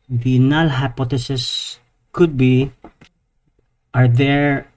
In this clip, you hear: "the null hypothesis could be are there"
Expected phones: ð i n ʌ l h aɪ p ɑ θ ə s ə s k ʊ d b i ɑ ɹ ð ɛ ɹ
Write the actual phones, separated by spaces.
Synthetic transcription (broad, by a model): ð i n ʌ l h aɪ p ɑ t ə s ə s k ʊ d b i ɑ ɹ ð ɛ ɹ